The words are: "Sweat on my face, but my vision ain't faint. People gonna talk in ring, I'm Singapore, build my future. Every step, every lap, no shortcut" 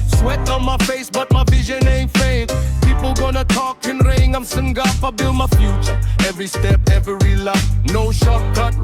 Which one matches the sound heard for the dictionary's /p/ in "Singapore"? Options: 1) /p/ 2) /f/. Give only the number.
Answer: 2